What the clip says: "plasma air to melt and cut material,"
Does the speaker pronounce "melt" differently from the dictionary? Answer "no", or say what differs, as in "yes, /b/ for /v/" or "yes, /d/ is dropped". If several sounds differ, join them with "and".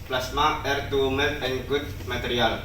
yes, /l/ is dropped